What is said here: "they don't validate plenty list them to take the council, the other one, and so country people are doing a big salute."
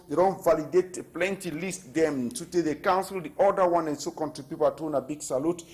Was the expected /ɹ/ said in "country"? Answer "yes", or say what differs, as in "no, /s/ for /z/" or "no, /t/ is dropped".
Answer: no, /ɹ/ is dropped